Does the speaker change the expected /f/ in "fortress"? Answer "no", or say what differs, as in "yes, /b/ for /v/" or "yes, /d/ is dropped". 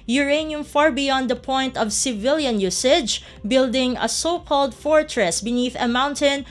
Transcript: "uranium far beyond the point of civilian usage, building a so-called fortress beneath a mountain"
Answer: no